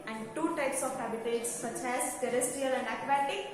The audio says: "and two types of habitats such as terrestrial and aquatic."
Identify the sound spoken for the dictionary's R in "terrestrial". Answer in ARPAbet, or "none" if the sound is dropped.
none